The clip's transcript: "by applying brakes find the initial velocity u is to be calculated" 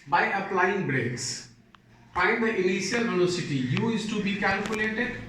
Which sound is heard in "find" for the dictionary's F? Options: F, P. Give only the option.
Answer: P